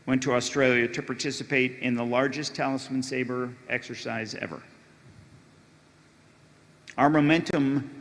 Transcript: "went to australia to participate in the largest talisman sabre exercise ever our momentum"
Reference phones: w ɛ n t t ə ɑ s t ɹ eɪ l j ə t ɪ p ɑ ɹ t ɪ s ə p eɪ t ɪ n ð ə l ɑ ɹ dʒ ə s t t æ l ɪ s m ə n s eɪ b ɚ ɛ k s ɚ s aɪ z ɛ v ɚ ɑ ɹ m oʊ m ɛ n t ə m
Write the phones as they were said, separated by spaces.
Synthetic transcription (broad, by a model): w ɛ n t t ə ɑ s t ɹ eɪ l j ə t ɪ p ɑ ɹ t ɪ s ə p eɪ t ɪ n ð ə l ɑ ɹ dʒ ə s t t æ l ɪ s m ə n s eɪ b ɚ ɛ k s ɚ s aɪ z ɛ v ɚ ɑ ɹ m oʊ m ɛ n t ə m